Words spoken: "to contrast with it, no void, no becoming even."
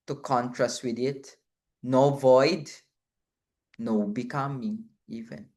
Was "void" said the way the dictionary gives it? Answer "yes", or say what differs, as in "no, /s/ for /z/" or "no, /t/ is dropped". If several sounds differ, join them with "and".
yes